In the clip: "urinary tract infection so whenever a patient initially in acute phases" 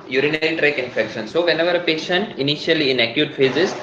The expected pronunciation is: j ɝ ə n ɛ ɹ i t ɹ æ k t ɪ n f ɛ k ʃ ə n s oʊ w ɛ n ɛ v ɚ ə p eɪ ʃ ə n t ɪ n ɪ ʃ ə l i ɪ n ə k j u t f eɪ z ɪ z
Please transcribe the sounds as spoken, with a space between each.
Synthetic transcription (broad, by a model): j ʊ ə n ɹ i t ɹ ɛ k ɪ n f ɛ k ʃ ə n s oʊ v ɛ n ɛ v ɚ ə p eɪ ʃ ə n t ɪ n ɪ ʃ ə l i ɪ n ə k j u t f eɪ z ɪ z